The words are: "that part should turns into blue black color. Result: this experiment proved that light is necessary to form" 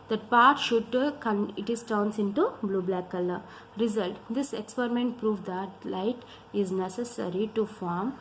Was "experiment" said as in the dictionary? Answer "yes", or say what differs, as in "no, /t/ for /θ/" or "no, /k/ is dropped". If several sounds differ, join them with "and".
yes